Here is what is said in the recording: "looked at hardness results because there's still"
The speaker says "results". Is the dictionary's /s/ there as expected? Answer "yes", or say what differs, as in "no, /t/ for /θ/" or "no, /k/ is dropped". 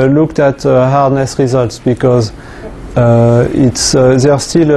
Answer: yes